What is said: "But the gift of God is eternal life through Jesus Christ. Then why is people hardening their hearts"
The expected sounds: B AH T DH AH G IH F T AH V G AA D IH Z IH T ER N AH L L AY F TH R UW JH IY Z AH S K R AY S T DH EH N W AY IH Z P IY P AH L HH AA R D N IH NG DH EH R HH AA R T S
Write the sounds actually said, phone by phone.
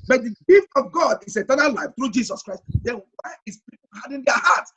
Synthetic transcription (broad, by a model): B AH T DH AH G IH F T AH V G AA D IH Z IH T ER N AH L L AY F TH R UW JH IY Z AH S K R AY S T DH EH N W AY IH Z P IY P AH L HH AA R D IH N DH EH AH HH AA T S